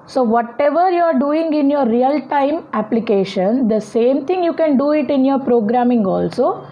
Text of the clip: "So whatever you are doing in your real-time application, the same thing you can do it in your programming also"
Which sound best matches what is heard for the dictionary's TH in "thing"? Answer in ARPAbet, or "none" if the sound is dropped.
T